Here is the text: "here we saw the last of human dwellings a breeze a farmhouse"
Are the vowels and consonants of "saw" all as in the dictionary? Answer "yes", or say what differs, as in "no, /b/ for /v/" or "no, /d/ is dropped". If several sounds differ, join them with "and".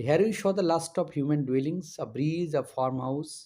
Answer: no, /ʃ/ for /s/